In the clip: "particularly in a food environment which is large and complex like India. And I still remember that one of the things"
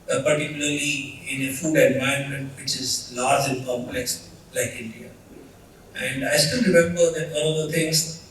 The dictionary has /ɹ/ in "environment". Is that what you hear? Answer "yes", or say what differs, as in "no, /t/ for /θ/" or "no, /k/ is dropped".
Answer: no, /ɹ/ is dropped